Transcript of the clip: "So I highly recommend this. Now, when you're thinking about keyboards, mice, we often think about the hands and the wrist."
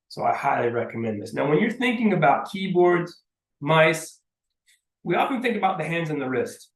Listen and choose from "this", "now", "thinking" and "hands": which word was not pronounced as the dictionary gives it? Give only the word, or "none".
none